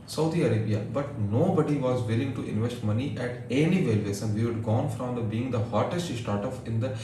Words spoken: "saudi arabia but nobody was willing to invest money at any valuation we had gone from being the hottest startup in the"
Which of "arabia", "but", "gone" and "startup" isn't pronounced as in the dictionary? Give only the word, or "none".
startup